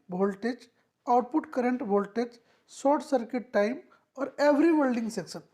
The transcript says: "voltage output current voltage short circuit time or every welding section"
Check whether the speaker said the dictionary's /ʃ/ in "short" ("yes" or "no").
no